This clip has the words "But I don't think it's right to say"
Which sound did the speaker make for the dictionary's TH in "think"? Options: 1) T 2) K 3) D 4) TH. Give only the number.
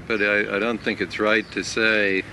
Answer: 4